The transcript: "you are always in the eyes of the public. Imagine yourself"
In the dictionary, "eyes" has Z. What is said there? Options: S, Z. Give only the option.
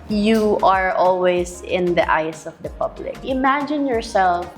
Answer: S